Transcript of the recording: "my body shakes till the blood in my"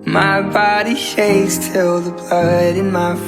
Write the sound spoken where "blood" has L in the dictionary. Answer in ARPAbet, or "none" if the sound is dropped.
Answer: none